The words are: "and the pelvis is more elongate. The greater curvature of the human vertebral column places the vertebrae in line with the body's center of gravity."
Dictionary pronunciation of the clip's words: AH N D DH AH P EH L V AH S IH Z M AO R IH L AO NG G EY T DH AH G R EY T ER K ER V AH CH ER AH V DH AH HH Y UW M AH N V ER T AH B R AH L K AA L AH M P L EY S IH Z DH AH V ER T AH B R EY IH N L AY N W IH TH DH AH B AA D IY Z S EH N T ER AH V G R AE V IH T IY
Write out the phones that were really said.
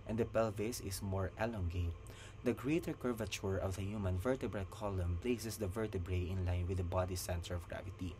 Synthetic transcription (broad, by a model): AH N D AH P EH L V AH S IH S M AO R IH L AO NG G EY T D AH G R EY T ER K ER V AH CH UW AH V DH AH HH Y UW M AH N V ER T AH B R AH L K AA L AH M P L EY S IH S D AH V ER T AH B R EY IH N L AY N W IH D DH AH B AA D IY S EH N T ER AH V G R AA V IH T IY